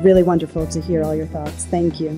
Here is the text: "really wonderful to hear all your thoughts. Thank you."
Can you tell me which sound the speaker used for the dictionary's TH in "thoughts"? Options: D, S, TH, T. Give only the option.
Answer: TH